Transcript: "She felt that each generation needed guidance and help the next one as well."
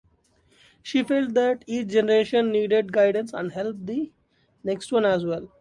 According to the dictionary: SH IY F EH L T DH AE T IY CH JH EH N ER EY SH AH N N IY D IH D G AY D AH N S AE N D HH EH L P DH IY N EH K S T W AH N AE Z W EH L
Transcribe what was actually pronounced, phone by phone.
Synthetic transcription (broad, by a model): SH IY F EH L T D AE T IY CH JH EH N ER EY SH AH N N IY D IH D G AY D AH N S AE N D HH EH L P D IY N EH K S T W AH N AE Z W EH L